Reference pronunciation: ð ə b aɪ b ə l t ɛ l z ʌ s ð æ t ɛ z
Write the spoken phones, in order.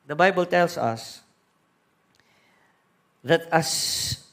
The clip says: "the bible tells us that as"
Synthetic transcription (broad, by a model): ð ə b aɪ b ə l t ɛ l s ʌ s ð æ t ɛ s